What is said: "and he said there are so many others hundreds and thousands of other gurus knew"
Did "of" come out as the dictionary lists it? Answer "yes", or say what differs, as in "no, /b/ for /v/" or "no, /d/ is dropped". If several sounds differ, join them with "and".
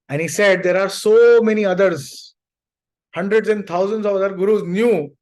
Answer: yes